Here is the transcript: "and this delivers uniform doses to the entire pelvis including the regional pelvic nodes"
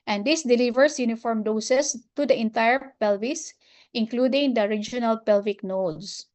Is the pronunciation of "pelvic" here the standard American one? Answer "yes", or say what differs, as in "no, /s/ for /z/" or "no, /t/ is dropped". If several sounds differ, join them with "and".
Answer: yes